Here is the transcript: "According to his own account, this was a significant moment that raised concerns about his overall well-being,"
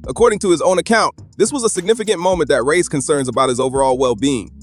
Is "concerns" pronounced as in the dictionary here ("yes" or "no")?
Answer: yes